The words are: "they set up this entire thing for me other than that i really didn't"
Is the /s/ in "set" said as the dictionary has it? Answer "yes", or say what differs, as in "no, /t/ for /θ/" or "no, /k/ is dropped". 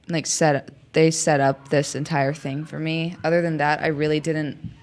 yes